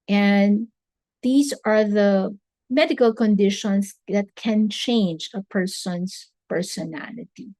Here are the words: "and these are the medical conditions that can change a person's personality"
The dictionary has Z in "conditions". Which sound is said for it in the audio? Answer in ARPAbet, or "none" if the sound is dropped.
S